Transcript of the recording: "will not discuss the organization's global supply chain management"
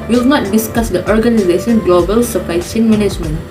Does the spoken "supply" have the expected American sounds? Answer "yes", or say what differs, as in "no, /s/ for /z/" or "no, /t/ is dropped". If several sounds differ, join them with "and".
no, /l/ is dropped